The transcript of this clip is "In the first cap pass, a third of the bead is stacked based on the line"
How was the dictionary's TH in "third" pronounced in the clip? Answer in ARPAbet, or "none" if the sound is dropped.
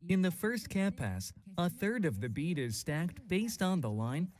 TH